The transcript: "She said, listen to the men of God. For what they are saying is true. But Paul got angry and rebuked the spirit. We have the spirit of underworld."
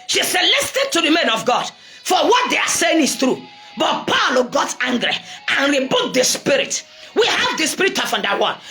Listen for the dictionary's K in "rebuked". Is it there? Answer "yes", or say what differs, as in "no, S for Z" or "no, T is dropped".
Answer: no, K is dropped